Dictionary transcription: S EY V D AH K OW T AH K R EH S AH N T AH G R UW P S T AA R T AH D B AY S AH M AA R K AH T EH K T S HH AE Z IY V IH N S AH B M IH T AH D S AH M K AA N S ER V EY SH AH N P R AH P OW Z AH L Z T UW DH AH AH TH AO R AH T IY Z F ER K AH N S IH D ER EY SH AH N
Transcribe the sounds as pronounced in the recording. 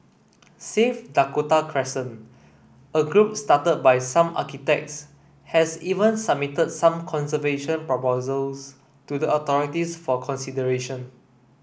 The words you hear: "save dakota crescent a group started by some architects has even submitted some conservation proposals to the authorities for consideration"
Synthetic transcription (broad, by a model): S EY F D AH K OW T AH K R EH S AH N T AH G R UW P S T AA T AH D B AY S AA M AA K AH T EH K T S HH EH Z IY V IH N S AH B M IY T AH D S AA M K AA N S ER V EY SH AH N P R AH P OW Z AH L S T UW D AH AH T AO R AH T IY S F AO K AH N S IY D ER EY SH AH N